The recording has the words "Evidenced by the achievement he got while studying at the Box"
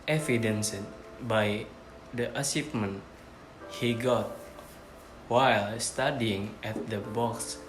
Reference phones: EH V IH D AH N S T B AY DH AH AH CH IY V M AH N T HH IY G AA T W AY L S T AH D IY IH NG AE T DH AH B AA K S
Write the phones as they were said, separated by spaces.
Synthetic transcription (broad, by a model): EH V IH D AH N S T B AY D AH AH S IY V M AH N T HH IY G AA T W AY L S T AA D IY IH NG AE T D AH B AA K S